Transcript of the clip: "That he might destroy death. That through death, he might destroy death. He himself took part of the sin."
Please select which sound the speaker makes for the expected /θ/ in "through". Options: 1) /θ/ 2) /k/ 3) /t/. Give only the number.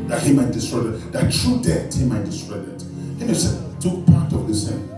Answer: 3